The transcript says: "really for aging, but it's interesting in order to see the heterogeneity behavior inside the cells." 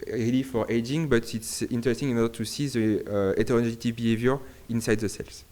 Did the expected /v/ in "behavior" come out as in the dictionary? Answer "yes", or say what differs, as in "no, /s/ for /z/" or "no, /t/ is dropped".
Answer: yes